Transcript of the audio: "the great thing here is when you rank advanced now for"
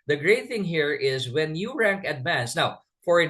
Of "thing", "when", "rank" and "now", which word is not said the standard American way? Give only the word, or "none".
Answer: none